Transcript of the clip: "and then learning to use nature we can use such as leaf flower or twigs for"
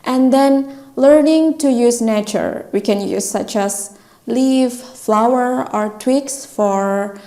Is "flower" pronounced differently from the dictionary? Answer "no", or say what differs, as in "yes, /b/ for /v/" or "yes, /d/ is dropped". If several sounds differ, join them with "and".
no